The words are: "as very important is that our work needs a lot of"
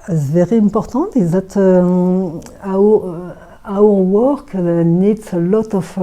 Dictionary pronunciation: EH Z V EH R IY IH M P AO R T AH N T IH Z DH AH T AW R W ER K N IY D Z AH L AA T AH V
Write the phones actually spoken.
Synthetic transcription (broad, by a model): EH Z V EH R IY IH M P AO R T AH T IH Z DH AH T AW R W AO K N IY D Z AH L AA T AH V